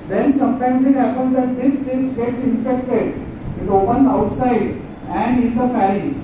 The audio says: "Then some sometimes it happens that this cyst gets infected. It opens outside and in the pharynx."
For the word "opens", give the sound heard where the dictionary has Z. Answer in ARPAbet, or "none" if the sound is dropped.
none